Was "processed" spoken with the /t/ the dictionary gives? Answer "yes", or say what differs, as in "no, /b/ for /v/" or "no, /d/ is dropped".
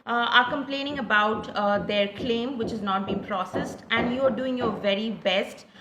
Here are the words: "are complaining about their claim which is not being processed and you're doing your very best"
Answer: yes